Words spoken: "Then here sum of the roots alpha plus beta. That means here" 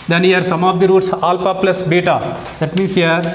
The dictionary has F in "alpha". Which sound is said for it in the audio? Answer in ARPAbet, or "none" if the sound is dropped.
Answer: P